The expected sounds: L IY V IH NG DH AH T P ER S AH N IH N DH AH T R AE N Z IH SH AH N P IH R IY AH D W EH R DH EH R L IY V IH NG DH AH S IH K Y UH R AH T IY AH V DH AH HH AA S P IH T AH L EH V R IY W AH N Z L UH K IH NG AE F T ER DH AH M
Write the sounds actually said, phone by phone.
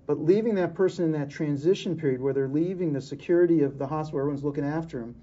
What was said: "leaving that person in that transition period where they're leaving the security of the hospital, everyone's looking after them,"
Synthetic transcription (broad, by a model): L IY V IH NG DH AH T P ER S AH N IH N DH AH T R AE N Z IH SH AH N P IH R IY AH D W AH R DH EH R L IY V IH NG DH AH S IH K Y UH R AH T IY AH V DH AH HH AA S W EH R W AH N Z L UH K IH NG AE F T ER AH M